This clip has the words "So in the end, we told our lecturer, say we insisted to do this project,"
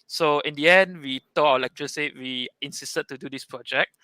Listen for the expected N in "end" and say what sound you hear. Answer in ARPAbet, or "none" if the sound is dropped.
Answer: N